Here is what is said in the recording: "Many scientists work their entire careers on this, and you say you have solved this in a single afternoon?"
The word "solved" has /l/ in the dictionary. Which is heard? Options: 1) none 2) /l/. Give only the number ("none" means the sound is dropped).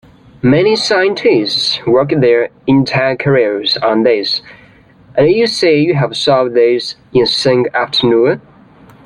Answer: 1